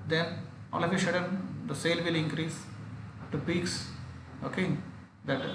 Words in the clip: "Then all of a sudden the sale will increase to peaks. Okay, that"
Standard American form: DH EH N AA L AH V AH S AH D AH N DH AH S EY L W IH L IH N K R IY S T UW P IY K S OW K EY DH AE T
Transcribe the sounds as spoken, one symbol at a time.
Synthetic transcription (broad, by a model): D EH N AA L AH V AH SH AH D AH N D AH S EY L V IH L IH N K R IY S T UW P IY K S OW K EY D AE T